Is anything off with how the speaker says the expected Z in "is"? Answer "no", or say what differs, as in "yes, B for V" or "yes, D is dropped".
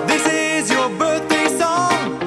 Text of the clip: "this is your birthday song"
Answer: no